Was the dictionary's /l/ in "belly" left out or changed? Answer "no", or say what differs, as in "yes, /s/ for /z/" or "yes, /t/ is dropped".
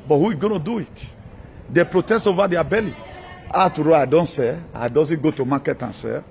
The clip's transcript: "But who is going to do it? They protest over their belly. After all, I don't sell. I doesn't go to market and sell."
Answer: no